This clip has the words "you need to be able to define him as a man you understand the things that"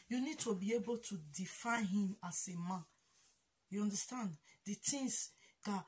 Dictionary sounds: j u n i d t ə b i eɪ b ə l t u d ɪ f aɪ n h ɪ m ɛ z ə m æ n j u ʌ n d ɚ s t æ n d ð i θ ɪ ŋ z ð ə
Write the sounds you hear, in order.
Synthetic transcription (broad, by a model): j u n i d t ə b i eɪ b ə l t u d ɪ f aɪ n h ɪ m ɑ s ə m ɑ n j u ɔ n d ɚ s t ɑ n d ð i t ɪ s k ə